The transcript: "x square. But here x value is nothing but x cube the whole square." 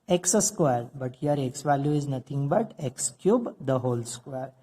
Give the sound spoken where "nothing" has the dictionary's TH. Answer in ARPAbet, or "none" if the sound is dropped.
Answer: T